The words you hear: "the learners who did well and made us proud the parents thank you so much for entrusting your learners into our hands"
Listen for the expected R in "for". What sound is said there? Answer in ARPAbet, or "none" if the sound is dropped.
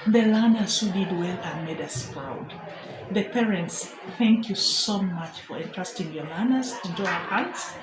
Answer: R